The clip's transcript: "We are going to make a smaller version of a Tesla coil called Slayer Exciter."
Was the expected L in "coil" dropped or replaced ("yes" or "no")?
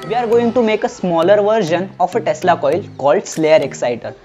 no